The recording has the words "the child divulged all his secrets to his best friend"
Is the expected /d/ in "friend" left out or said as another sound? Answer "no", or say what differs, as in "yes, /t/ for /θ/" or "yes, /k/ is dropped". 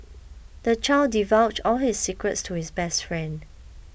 no